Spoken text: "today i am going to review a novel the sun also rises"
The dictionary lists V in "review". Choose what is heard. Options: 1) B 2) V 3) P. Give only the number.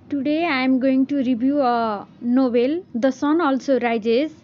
1